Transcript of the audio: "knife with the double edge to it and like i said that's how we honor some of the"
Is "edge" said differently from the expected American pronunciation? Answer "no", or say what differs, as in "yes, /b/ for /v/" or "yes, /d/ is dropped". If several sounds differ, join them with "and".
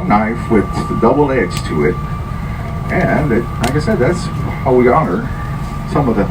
yes, /z/ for /dʒ/